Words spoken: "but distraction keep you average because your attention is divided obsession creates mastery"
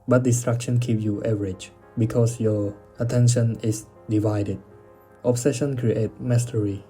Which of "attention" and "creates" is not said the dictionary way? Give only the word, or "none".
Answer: creates